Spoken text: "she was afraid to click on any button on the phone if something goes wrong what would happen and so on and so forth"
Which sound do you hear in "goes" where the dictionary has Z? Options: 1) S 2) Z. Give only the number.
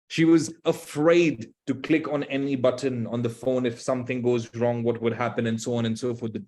2